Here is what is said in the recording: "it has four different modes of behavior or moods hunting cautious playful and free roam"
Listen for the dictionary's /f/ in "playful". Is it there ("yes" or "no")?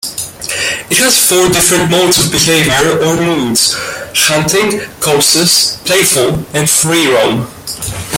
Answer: yes